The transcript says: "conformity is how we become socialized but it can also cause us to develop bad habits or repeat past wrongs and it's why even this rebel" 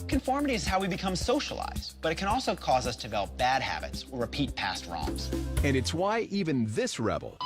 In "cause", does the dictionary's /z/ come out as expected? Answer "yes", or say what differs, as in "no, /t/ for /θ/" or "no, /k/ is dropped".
yes